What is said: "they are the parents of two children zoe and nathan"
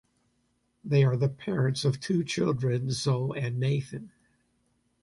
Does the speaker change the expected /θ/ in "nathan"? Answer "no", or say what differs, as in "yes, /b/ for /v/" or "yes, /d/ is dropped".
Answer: no